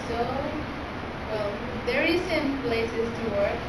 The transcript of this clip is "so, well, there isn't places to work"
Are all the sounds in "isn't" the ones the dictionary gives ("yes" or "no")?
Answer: no